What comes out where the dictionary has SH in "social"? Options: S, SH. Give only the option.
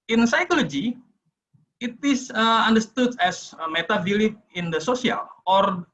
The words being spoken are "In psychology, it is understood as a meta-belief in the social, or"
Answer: S